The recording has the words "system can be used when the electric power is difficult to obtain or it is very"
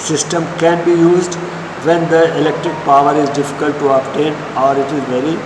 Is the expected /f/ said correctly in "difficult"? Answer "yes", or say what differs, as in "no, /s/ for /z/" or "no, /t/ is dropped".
yes